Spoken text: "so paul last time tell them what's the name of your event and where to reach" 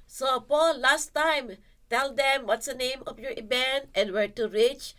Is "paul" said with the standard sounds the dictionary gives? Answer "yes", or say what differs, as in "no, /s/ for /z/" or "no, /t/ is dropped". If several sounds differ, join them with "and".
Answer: yes